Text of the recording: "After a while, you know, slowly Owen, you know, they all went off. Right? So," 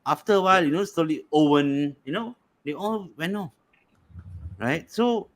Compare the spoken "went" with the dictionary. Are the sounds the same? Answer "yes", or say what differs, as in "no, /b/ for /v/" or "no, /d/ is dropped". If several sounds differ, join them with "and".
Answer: no, /t/ is dropped